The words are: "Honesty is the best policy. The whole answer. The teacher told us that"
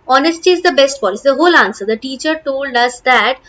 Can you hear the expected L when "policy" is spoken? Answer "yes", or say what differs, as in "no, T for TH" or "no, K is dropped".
no, L is dropped